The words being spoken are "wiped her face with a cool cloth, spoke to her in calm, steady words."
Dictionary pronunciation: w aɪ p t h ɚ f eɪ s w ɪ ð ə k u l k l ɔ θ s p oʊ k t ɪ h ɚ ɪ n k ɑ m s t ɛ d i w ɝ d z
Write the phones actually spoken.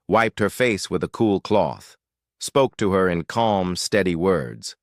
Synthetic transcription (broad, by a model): w aɪ p t h ɚ f eɪ s w ɪ ð ə k u l k l ɔ θ s p oʊ k t ɪ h ɚ ɪ n k ɑ m s t ɛ d i w ɝ d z